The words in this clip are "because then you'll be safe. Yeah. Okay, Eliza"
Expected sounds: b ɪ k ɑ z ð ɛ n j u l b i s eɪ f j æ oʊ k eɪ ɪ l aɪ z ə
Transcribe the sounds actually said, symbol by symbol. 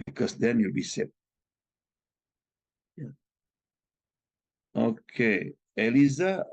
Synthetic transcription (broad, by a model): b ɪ k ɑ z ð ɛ n j u l b i s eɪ p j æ oʊ k eɪ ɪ l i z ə